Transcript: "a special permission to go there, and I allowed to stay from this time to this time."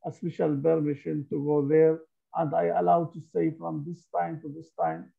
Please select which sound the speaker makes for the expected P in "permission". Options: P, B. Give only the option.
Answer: B